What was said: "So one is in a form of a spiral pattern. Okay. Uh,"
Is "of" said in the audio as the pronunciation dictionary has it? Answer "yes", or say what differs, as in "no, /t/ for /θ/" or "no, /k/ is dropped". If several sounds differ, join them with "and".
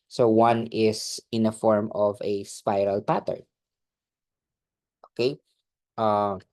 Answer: yes